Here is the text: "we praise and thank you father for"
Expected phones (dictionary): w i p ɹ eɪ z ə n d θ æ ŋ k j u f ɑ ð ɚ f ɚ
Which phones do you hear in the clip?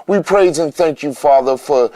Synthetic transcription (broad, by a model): w i p ɹ eɪ z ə n θ æ ŋ k j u f ɑ ð ɚ f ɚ